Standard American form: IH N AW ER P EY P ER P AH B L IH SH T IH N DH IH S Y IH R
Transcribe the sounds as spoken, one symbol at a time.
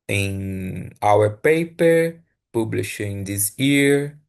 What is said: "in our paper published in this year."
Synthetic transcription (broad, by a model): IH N AW ER P EY P ER P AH B L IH SH IH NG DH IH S Y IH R